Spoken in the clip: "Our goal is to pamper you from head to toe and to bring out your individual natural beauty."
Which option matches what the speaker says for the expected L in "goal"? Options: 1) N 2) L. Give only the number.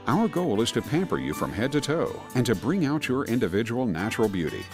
2